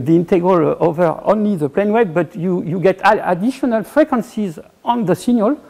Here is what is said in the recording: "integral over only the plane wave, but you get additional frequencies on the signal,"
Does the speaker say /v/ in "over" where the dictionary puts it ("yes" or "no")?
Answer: yes